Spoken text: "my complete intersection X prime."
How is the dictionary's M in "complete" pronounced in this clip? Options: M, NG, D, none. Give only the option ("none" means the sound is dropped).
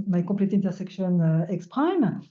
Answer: none